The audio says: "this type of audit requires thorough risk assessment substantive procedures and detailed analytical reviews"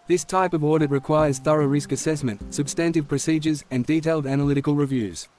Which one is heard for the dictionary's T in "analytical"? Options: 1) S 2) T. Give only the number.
2